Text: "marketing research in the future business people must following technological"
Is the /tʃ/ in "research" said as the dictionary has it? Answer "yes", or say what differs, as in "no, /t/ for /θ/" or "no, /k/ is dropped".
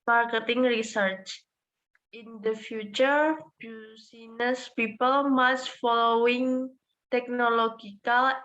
yes